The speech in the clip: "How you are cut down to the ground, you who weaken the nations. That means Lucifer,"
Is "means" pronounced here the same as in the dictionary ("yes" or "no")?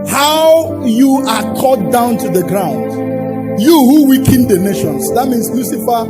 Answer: no